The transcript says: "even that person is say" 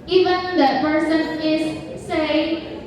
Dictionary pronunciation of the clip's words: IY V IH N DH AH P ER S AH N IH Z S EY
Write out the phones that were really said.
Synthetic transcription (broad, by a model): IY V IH N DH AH P ER S AH N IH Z S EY